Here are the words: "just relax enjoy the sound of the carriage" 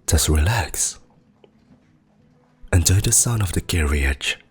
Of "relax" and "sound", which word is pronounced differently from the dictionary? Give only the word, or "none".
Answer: sound